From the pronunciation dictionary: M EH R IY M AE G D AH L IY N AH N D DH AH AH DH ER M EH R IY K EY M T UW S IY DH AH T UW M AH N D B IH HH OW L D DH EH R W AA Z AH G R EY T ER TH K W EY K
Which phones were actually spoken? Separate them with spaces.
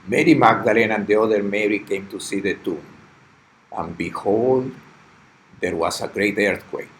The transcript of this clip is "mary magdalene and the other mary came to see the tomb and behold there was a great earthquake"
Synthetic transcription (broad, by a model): M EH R IY M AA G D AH L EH N AH N D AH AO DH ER M EH R IY K EY M T UW S IY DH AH T UW M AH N B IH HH OW L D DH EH R W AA S AH G R EY T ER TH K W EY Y